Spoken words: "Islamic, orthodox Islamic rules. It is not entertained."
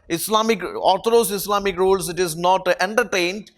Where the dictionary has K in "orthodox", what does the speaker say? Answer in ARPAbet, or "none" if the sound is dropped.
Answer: none